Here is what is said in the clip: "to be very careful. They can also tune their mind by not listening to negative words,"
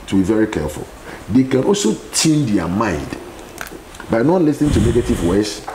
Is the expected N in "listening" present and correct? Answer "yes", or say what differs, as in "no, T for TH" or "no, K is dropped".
yes